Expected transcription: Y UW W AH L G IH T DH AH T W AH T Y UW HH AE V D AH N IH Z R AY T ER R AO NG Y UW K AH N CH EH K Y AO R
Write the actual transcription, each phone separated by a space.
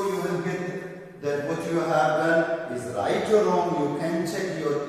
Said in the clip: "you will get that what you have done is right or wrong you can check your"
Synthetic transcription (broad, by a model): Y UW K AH N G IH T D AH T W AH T Y UW HH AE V D AH N IH Z R AY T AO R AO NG Y UW K AH N CH EH K Y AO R